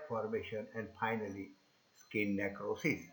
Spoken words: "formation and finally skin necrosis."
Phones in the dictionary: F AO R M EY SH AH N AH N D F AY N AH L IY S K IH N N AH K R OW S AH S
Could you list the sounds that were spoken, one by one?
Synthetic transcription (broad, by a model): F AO R M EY SH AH N AH N D F AY N AH L IY S K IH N N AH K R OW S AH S